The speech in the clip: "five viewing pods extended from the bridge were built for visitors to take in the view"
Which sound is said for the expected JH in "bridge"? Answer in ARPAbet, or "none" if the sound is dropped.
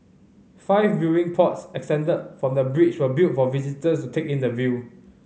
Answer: CH